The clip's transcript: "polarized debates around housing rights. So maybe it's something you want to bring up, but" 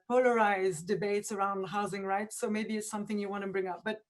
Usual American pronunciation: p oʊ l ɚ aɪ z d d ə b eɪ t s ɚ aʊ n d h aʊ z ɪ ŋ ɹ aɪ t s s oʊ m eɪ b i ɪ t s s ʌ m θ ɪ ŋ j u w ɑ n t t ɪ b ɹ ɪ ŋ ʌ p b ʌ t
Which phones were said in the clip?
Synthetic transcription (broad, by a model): p oʊ l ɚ aɪ z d d ə b eɪ t s ɚ aʊ n d h aʊ z ɪ ŋ ɹ aɪ t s s oʊ m eɪ b i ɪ t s s ʌ m θ ɪ ŋ j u w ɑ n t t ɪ b ɹ ɪ ŋ ʌ p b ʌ t